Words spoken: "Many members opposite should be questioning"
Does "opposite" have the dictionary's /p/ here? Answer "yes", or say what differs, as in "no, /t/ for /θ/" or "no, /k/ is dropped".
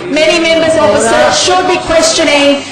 no, /f/ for /p/